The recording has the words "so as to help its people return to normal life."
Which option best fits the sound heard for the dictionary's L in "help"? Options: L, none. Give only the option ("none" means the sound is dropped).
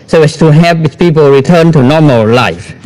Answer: none